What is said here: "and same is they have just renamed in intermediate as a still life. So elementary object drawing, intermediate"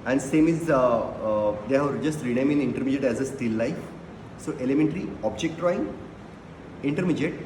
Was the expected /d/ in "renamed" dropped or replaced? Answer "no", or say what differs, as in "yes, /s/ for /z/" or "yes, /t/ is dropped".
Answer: yes, /d/ is dropped